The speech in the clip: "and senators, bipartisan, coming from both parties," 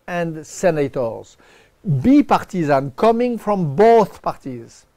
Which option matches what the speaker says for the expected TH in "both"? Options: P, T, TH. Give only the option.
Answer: TH